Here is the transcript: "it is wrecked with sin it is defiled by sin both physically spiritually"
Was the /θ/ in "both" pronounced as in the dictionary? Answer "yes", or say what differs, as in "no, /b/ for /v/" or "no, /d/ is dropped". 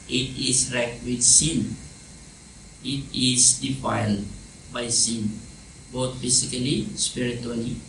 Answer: no, /t/ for /θ/